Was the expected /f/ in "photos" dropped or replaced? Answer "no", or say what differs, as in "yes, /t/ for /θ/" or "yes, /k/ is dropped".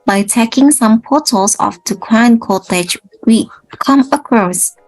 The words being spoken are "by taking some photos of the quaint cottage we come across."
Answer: yes, /p/ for /f/